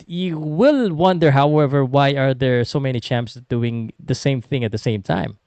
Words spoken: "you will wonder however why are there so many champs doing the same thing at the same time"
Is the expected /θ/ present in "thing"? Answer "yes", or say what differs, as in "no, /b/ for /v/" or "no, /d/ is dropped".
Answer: yes